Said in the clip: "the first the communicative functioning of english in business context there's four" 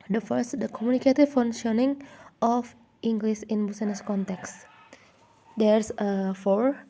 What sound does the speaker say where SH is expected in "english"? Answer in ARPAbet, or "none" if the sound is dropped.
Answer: S